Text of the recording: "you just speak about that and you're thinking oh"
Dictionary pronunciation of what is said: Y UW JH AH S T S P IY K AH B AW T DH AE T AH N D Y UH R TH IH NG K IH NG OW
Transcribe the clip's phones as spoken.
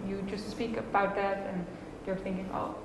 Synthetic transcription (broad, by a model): Y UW JH AH S T S P IY K AH B AW T DH AE T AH N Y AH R TH IH NG K IH NG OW